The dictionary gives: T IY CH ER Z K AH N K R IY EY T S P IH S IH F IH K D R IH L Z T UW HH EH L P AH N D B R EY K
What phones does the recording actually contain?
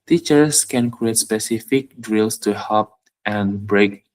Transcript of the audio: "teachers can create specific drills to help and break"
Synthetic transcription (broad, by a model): T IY CH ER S K AH N K R IY EY T S P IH S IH F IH K D R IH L S T UW HH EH P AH N B R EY K